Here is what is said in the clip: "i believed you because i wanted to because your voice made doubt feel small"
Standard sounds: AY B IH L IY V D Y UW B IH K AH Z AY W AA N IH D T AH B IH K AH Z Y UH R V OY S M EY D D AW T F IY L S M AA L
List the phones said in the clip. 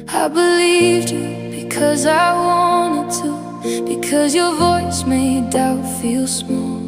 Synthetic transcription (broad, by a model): AY B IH L IY V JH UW B IH K AH Z AY W AA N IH D T AH B IH K AH Z Y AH R V OY S M EY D D AW T F IY L S M AA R